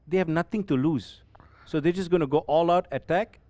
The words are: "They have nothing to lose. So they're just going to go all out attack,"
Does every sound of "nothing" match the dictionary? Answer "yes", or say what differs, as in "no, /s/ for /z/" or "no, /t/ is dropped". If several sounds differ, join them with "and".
no, /t/ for /θ/